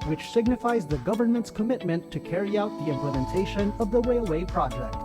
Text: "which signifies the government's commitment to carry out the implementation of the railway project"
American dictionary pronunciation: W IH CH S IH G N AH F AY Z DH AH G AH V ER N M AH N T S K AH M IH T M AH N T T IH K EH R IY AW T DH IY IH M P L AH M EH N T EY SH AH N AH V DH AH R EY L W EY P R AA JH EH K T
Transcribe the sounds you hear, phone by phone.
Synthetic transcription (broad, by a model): W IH CH S IH G N AH F AY Z DH AH G AH V ER N M AH N T S K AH M IH T M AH N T T IH K EH R IY AW T DH IY IH M P L AH M EH N T EY SH AH N AH V DH AH W EY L W EY P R AA JH EH K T